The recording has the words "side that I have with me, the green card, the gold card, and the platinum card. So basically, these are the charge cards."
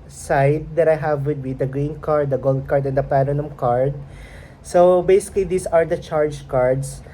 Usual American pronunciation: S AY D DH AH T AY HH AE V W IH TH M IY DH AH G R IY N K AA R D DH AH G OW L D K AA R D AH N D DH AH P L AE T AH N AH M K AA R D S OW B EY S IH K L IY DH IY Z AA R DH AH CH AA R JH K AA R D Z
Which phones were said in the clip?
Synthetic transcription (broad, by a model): S AY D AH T AY HH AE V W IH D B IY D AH G R IY N K AA R D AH G OW L D K AA R D AH N D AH P AE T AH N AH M K AA R D S OW B EY S IH K L IY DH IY S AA R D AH CH AA R JH K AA R D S